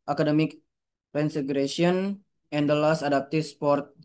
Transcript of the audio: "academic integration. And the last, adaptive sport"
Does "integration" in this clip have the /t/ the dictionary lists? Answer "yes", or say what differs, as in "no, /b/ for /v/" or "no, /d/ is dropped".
no, /s/ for /t/